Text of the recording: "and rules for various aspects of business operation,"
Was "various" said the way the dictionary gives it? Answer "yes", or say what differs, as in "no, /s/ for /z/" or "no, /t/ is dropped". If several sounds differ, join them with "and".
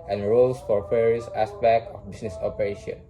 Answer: no, /f/ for /v/